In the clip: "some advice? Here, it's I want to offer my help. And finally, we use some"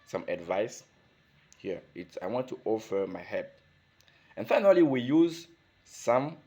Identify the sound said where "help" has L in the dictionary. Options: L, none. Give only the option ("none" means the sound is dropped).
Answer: none